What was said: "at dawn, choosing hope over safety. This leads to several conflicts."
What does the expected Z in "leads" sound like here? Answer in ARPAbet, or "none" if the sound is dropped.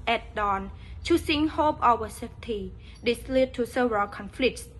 none